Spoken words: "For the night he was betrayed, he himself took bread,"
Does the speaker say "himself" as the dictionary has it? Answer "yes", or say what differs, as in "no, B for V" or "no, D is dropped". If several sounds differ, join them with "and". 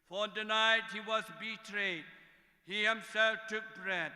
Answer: yes